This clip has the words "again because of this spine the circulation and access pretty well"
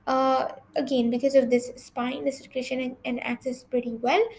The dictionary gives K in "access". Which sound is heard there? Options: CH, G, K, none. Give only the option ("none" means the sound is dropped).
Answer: K